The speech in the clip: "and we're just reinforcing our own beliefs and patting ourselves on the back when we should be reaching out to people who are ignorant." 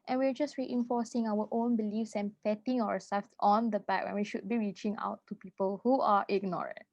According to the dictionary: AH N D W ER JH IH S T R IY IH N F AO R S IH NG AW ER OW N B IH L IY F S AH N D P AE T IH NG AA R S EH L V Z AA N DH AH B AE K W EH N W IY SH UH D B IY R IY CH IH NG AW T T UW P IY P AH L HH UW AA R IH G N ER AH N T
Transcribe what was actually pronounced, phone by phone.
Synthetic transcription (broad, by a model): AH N W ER JH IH S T R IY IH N F AO S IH NG AW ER OW N B IH L IY F S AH N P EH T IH NG AA W S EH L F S AA N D AH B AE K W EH N W IY SH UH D B IY R IY CH IH NG AW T T UW P IY P AH L HH UW AA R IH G N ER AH N T